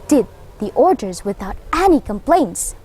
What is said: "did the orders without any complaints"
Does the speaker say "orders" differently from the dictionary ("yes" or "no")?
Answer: no